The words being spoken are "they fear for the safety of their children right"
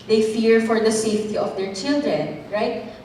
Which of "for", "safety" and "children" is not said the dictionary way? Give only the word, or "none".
none